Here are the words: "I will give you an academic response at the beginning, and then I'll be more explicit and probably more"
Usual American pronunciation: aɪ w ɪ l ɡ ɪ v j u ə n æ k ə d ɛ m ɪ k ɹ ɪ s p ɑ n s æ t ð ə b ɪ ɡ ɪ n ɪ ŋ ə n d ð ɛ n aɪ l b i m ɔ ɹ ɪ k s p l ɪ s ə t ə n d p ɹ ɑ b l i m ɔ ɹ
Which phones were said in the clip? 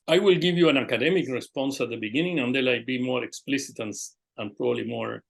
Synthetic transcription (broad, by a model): aɪ w ɪ l ɡ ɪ v j u ə n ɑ k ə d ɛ m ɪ k ɹ ɪ s p ɑ n s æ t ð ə b ɪ ɡ ɪ n ɪ ŋ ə n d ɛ l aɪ b i m ɔ ɹ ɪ k s p l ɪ s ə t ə n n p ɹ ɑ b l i m ɔ ɹ